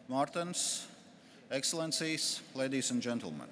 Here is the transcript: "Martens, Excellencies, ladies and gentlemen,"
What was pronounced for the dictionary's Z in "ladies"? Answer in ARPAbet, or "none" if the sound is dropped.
S